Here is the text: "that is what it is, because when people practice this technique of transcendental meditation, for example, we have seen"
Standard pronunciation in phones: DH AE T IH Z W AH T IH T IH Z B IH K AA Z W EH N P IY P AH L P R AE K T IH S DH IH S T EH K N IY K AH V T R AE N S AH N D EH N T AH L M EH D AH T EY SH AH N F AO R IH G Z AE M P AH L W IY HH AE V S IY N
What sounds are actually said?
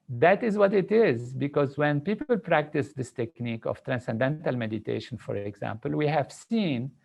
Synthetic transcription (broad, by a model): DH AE T IH Z W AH T IH T IH Z B IH K AA Z W EH N P IY P AH L P R AE K T IH S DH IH S T EH K N IY K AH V T R AE N S AH N D EH N T AH L M EH D AH T EY SH AH N F AO R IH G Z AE M P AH L W IY HH AE V S IY N